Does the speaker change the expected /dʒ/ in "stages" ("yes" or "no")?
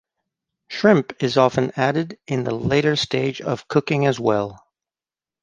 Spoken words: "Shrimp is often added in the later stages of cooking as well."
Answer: yes